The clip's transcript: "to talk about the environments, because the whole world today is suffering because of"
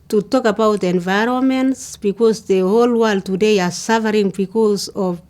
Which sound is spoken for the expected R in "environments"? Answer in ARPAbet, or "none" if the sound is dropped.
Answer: R